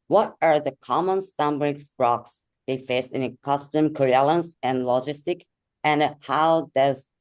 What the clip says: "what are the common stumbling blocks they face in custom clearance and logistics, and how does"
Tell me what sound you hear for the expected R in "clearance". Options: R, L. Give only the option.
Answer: L